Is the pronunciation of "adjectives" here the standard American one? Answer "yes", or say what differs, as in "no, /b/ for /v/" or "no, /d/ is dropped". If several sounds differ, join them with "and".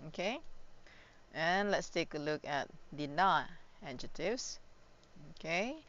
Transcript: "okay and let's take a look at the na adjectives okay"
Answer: no, /k/ is dropped